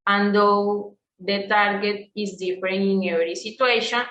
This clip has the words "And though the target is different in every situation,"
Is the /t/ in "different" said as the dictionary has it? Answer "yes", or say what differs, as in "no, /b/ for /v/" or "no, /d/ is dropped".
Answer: no, /t/ is dropped